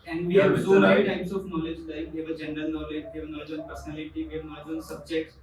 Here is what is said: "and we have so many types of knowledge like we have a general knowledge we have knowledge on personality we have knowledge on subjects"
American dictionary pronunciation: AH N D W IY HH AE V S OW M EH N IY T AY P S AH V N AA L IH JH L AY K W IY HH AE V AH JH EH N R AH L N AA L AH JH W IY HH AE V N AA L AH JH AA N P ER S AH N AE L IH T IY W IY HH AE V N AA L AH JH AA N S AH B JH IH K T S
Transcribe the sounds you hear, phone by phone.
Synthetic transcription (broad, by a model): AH N D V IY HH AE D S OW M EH IY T AY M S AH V N AA L IH JH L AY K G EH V AH JH EH N R AH L N AA L AH JH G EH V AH N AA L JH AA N P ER S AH N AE L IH T IY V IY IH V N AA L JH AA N S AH B JH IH K T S